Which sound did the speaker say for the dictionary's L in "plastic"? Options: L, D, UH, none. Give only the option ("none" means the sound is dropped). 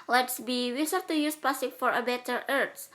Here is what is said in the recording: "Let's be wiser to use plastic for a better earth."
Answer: none